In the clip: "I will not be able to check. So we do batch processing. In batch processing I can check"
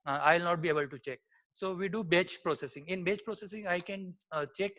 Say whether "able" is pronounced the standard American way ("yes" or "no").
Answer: yes